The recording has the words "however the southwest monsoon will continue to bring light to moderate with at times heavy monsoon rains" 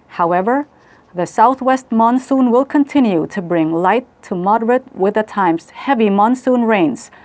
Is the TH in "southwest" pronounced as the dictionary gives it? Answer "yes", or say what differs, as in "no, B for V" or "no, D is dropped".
yes